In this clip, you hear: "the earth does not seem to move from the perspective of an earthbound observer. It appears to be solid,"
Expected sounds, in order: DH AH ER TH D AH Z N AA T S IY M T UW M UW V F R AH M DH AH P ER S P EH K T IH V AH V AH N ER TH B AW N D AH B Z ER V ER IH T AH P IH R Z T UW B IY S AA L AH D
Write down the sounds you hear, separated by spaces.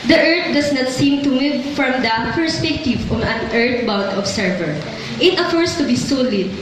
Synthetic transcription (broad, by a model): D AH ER T D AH S N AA T S IY M T UW M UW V F R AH M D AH P ER S P EH K T IH V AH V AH N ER T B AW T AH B S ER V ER IH T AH F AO R S T UW B IY S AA L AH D